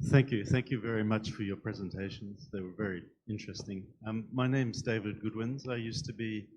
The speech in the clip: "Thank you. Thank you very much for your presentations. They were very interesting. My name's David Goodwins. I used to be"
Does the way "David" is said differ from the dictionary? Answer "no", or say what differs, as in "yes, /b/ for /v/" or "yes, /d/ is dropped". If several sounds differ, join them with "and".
no